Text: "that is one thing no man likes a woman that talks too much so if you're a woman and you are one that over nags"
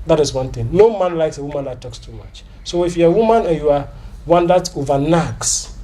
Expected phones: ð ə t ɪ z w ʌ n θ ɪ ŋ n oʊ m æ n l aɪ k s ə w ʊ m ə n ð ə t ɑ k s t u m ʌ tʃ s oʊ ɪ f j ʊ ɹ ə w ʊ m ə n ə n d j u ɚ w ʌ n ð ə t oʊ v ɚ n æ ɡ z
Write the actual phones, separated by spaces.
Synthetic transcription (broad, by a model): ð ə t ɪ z w ʌ n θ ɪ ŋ n oʊ m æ n l aɪ k s ə w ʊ m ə n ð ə t ɑ k s t u m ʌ tʃ s oʊ ɪ f j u ə w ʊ m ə n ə j u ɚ w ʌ n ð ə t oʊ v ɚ n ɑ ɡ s